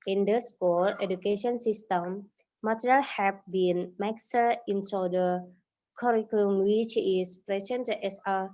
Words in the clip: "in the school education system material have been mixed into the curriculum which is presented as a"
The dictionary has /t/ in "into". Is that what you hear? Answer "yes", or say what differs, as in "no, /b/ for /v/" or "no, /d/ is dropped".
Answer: no, /s/ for /t/